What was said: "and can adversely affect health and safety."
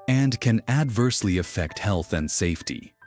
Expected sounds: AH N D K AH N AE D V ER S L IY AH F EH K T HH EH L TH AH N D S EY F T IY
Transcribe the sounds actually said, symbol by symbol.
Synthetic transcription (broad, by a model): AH N K AH N AE D V ER S L IY AH F EH K T HH EH L TH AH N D S EY F T IY